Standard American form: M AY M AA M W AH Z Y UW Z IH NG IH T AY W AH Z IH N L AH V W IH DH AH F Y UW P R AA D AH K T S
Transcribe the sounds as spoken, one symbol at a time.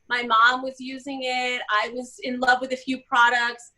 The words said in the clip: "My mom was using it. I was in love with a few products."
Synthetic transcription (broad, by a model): M AY M AA M W AH Z Y UW Z IH NG IH T AY W AH Z IH N L AH V W IH DH AH F Y UW P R AA D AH K T S